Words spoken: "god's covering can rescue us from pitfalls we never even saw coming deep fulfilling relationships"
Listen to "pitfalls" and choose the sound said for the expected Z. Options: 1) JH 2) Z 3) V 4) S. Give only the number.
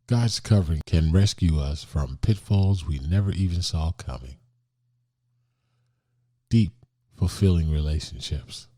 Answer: 2